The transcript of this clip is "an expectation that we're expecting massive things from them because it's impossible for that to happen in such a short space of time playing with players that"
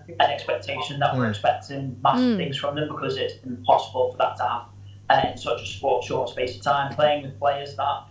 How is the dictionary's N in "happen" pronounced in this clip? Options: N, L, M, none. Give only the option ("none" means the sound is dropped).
none